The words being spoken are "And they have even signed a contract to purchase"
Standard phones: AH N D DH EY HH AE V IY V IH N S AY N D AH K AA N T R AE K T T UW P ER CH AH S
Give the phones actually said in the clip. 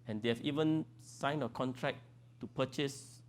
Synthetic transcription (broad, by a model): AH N D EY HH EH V IY V IH N S AY N AH K AA N T R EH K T T UW P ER CH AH S